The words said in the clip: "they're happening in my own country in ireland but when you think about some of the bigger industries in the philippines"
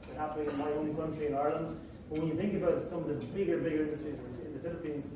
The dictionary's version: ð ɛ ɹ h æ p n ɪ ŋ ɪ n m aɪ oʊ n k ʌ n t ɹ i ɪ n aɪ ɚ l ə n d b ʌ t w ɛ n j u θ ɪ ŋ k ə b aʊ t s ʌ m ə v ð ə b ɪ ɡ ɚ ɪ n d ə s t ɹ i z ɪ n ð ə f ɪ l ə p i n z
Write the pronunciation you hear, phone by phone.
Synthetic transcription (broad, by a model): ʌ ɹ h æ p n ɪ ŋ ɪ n m aɪ oʊ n k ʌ n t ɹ i ɪ n aɪ ɚ l ə n d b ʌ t w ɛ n j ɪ θ ɪ ŋ k ə b aʊ t s ʌ m ə v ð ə b ɪ ɡ ɚ ɪ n d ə s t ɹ i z ɪ n ð ə f ɪ l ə p i n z